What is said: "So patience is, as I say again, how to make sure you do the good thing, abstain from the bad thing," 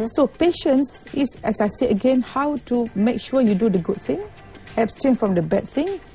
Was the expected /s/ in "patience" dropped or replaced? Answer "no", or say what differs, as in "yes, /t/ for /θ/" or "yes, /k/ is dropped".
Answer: no